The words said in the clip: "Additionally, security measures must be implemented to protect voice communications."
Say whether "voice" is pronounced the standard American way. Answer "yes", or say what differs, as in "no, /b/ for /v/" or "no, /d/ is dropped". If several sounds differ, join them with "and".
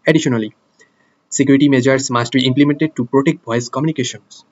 no, /b/ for /v/